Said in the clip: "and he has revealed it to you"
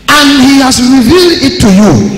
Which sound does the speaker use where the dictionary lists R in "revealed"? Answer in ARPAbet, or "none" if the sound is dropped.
R